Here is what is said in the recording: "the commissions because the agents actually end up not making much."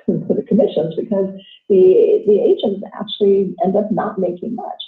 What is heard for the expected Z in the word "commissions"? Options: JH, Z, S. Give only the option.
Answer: Z